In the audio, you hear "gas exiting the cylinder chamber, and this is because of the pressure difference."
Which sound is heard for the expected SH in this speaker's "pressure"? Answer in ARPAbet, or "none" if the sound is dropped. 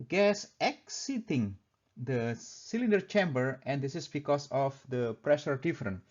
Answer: SH